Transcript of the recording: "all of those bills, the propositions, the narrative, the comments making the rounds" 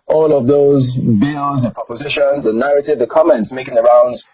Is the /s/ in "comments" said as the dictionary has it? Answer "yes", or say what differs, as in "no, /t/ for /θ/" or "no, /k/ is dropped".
yes